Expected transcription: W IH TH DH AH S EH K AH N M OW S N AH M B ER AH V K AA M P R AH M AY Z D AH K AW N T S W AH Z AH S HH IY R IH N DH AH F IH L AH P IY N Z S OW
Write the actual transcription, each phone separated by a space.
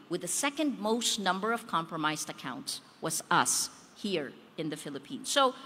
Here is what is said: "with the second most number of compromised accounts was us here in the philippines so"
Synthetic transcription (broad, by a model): W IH DH AH S EH K AH N M OW S N AH M B ER AH V K AA M P R AH M AY Z D AH K AW N T S W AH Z AH S HH IY R IH N DH AH F IH L AH P IY N Z S OW